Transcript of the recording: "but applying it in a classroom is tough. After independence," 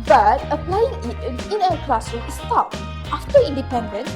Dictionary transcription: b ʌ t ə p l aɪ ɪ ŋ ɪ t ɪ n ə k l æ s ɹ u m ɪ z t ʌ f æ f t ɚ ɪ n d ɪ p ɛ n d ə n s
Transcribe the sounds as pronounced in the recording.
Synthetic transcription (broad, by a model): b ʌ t ə p l aɪ ɪ ŋ ɪ t ɪ n ə k l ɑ s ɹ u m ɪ s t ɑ p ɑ f t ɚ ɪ n d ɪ p ɛ n d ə n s